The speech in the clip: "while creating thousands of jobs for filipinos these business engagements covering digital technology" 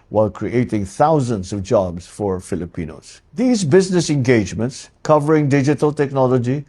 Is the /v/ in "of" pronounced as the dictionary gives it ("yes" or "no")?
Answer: yes